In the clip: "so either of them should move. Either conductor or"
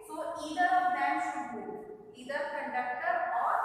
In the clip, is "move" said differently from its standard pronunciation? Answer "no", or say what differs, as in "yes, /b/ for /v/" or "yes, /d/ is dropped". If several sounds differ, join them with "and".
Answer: yes, /v/ is dropped